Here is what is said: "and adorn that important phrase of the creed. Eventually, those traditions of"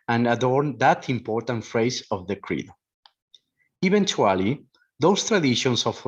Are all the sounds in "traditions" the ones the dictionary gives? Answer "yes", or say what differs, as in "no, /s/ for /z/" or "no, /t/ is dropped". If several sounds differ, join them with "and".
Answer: no, /s/ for /z/